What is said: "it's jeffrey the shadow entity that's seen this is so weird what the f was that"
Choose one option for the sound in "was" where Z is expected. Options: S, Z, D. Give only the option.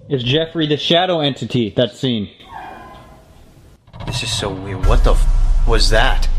Z